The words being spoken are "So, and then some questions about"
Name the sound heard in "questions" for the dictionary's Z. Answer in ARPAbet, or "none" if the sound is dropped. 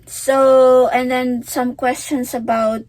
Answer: S